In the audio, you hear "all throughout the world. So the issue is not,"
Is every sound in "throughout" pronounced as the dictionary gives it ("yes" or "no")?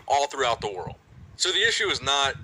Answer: yes